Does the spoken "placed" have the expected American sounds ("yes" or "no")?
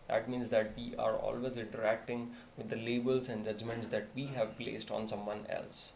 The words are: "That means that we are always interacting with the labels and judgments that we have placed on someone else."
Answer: yes